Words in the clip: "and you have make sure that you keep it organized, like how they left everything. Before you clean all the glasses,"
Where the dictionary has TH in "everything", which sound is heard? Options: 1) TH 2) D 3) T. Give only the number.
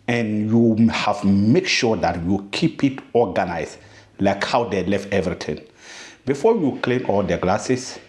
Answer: 3